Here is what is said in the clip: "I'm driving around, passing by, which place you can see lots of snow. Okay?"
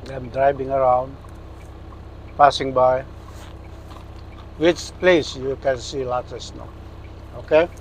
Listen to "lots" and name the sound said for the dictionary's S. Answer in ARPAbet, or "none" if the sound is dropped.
none